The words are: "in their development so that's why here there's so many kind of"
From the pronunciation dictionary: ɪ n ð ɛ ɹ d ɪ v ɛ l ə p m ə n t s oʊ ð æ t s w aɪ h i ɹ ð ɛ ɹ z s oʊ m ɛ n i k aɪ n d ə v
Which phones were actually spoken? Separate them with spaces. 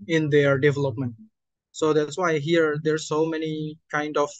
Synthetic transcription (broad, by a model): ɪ n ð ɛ ɹ d ɪ v ɛ l ə p m ə n t s oʊ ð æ t s w aɪ h i ɹ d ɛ ɹ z s oʊ m ɛ n i k aɪ n d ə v